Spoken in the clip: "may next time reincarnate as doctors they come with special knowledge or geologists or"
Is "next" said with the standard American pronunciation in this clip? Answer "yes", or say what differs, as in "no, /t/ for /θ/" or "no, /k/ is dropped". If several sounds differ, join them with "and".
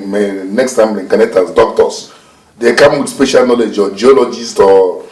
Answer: yes